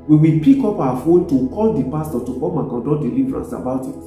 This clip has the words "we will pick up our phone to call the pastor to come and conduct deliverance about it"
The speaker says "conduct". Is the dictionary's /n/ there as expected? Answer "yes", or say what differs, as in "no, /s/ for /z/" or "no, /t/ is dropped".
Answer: no, /n/ is dropped